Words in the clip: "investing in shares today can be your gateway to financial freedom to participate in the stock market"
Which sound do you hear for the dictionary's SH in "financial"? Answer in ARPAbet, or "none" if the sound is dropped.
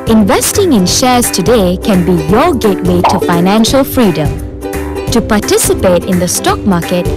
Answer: SH